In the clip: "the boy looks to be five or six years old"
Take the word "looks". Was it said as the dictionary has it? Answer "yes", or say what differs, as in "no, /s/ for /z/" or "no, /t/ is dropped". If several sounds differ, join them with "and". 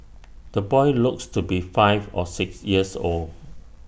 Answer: yes